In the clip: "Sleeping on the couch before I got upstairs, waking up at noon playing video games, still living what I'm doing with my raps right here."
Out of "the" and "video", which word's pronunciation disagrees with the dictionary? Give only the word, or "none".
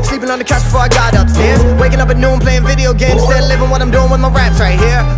none